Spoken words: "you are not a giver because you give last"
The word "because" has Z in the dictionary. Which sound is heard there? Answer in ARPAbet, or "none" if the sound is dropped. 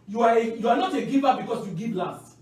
S